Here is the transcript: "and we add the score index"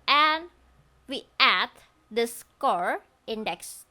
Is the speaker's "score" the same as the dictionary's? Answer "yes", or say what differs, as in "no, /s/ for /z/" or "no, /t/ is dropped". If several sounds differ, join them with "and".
yes